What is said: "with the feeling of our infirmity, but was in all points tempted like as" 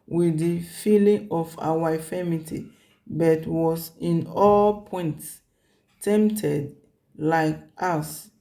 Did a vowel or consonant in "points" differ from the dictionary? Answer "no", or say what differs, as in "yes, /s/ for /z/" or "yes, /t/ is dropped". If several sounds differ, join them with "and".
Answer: no